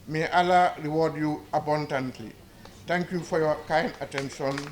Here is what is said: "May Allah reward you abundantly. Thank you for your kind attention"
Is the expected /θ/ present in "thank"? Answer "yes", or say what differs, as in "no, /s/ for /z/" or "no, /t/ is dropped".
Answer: no, /t/ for /θ/